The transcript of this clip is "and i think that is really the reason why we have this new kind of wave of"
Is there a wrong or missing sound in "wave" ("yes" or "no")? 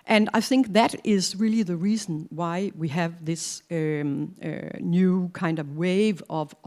no